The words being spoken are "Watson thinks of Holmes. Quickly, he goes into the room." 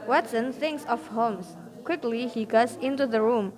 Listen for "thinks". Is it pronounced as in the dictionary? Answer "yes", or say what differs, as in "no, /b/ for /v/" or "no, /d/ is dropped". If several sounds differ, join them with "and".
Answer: yes